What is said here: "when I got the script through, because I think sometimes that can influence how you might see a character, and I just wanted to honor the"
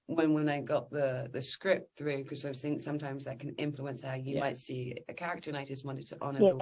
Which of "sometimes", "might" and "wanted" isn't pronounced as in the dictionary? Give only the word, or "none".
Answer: none